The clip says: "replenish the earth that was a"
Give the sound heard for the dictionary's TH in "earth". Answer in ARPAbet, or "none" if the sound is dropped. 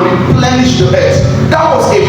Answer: T